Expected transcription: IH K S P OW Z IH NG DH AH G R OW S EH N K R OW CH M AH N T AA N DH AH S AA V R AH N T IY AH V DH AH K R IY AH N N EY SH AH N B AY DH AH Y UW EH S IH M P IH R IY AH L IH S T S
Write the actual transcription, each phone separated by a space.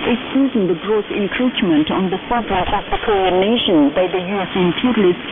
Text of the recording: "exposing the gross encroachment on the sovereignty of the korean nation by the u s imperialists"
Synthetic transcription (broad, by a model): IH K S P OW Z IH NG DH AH G R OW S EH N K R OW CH M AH N T AA N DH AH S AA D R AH T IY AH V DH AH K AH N N EY SH AH N B AY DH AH Y UW EH S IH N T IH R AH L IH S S